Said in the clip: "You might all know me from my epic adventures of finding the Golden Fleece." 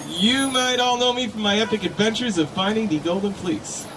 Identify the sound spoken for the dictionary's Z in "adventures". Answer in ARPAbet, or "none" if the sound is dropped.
Z